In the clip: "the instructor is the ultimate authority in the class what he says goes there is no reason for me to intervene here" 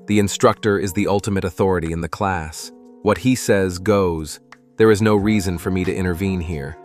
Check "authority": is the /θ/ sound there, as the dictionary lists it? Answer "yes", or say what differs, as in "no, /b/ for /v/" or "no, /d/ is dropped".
yes